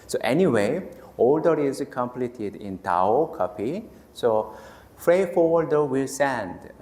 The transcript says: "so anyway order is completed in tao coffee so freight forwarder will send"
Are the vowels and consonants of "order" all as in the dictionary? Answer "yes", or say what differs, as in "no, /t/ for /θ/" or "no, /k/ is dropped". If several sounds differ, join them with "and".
no, /l/ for /ɹ/